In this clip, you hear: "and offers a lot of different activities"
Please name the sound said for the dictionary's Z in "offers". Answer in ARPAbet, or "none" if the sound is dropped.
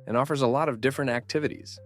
Z